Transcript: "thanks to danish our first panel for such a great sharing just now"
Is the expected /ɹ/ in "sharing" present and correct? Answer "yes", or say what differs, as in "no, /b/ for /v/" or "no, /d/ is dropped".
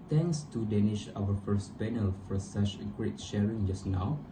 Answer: yes